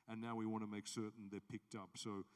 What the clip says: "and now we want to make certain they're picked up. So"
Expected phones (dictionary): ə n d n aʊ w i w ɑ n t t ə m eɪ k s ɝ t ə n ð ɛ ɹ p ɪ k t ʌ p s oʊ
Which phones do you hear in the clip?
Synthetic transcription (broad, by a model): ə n n aʊ w i w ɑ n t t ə m eɪ k s ɝ t n ð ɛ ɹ p ɪ k t ʌ p s oʊ